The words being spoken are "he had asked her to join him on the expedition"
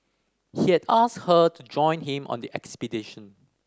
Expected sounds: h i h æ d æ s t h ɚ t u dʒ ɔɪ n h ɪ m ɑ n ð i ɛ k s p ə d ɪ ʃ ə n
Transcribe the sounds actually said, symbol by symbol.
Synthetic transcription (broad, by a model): h i h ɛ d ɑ s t h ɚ t u dʒ ɔɪ n h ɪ m ɑ n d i ɛ k s p ə d ɪ ʃ ə n